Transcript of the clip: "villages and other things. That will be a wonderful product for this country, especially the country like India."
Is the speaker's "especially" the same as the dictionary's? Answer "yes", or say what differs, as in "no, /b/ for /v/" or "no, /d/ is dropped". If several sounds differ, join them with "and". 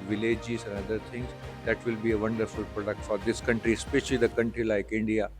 yes